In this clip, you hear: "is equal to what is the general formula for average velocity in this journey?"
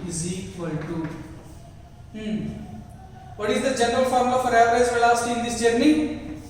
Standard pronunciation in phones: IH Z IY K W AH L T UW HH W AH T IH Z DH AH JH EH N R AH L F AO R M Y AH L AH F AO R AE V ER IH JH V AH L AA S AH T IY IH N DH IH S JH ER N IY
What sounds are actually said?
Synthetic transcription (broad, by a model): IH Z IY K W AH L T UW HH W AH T IH Z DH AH JH EH N R AH L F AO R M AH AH F AO R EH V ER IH Z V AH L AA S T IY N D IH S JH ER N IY